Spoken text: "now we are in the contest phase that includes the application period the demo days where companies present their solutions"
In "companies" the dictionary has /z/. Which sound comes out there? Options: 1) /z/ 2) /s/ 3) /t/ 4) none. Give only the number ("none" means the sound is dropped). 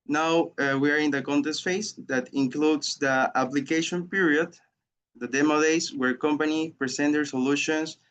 4